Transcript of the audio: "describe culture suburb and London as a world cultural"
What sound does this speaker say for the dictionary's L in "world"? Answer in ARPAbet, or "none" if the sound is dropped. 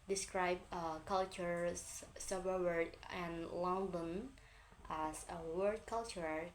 none